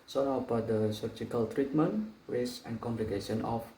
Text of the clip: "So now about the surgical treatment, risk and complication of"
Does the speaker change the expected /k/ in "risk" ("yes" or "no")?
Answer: yes